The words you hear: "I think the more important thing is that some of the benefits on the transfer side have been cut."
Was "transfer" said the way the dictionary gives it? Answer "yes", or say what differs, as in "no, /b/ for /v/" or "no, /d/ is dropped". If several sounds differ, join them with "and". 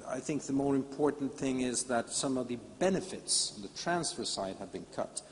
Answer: yes